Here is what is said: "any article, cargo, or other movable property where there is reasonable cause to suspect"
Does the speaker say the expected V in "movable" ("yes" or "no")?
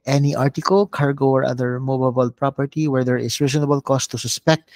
no